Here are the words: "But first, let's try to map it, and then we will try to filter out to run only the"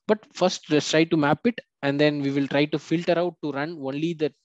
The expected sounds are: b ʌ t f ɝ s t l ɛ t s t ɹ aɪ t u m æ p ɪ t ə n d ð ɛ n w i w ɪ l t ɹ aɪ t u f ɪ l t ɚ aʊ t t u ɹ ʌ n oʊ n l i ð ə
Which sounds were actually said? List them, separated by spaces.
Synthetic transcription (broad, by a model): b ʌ t f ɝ s t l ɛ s t ɹ aɪ t u m æ p ɪ t ə n d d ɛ n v i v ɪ l t ɹ aɪ t u f ɪ l t ɚ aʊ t t u ɹ ʌ n oʊ n l i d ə